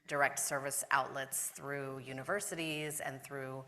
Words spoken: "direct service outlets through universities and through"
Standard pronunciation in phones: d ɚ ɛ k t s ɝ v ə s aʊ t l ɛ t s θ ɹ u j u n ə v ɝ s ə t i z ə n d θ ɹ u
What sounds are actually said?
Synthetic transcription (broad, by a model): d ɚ ɛ k t s ɝ v ə s aʊ t l ɛ t s θ ɹ u j u n ə v ɝ s ə t i z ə n θ ɹ u